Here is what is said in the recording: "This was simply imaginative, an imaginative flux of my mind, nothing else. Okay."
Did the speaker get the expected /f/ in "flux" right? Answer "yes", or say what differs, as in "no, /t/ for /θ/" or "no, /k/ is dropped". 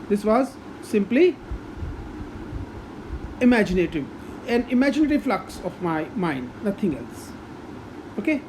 yes